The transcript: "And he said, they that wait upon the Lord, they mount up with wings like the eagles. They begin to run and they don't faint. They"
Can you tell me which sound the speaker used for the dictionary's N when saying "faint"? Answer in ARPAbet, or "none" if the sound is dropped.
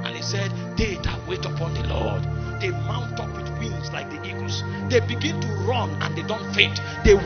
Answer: none